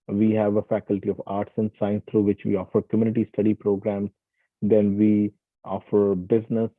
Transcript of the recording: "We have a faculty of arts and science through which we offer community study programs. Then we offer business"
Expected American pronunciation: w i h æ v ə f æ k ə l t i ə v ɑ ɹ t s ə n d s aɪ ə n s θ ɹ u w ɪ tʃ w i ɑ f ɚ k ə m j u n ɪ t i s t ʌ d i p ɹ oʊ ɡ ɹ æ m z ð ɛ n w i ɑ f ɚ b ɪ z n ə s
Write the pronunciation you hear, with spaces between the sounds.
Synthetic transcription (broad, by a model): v i h æ v ə f æ k ə l t i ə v ɑ ɹ t s ə n d s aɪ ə n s t ɹ u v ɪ tʃ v i ɑ f ɚ k ə m j u n ɪ t i s t ʌ d i p ɹ oʊ ɡ ɹ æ m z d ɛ n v i ɑ f ɚ b ɪ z n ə s